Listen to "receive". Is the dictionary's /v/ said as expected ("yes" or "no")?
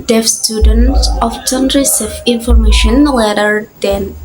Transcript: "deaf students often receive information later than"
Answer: no